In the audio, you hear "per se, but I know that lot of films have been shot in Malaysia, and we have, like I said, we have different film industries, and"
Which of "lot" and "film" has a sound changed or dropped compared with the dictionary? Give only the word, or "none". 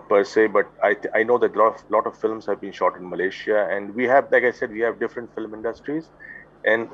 none